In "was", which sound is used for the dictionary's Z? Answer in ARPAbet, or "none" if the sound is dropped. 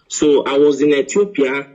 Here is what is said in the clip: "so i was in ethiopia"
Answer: Z